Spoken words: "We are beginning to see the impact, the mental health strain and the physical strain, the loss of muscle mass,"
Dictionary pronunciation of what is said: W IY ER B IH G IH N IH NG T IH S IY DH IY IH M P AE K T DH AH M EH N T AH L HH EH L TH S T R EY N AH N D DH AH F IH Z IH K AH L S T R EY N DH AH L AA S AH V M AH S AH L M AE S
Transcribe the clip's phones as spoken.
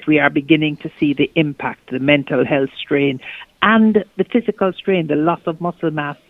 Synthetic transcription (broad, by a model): W IY ER B IH G IH N IH NG T IH S IY DH IY IH M P AE K T DH AH M EH N T AH L HH EH L TH S T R EY N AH N DH AH F IH Z IH K AH L S T R EY N DH AH L AA S AH V M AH S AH L M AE S